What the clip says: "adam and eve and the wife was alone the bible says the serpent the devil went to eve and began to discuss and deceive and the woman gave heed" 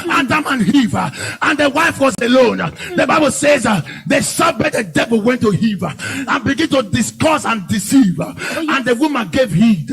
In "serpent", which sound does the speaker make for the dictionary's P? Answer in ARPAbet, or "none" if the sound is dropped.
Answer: B